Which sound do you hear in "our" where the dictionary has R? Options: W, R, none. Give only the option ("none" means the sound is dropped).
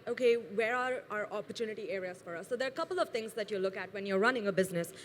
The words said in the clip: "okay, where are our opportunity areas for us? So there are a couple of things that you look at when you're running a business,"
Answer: R